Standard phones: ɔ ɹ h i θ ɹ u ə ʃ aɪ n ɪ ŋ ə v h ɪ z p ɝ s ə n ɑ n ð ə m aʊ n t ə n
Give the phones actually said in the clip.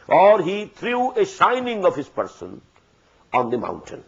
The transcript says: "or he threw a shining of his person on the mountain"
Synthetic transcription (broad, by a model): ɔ ɹ h i t ɹ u ə ʃ aɪ n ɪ ŋ ə v h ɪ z p ɝ s ə n ɑ n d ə m aʊ n t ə n